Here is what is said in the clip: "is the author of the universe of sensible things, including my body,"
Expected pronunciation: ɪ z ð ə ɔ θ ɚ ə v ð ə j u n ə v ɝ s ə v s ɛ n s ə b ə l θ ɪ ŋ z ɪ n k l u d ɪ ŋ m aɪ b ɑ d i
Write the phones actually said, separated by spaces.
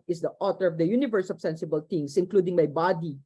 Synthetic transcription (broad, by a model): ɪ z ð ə ɔ t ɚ ə v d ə j u n ə v ɝ s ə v s ɛ n s ə b ə l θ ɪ ŋ s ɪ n k l u d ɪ ŋ m aɪ b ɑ d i